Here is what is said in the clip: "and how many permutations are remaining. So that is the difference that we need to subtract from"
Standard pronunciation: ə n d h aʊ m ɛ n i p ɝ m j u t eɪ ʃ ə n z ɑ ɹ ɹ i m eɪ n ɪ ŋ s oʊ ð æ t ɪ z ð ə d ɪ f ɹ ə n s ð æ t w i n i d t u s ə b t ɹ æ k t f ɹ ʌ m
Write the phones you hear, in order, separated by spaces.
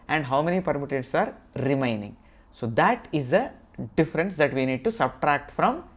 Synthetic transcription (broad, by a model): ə n d h aʊ m ɛ n i p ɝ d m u t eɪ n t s ɑ ɹ ɹ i m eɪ n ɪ ŋ s oʊ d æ t ɪ z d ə d ɪ f ɹ ə n s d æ t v i n i d t u s ə b t ɹ æ k t f ɹ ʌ m